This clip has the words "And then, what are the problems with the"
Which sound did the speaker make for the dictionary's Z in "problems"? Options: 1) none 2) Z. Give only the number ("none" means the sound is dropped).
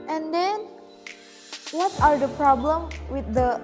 1